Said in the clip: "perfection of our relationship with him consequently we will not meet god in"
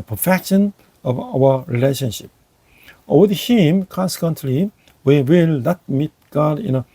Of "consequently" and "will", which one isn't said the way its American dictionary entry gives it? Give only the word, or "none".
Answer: none